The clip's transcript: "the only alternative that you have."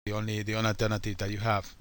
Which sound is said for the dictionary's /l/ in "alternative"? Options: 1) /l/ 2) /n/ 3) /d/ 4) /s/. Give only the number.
2